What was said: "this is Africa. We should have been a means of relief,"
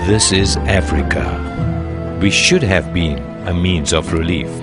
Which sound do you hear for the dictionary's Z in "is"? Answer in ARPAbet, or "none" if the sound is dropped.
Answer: Z